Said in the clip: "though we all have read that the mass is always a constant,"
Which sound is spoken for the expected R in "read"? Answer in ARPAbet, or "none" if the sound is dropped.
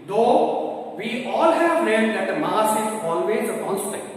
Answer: L